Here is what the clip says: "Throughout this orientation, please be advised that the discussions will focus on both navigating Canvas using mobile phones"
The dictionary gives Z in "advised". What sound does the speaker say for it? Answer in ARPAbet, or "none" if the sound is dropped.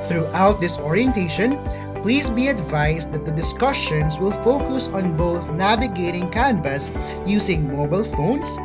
S